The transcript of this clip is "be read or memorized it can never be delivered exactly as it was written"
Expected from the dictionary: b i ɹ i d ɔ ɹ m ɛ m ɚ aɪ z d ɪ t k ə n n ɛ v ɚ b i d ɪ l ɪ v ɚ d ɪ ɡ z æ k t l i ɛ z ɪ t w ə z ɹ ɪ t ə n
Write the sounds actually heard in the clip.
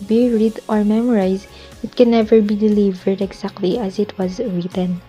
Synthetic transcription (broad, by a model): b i ɹ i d ɔ ɹ m ɛ m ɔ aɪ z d ɪ t k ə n n ɛ v ɚ b i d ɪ l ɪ v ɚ d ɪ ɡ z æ k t l i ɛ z ɪ t w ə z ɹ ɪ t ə n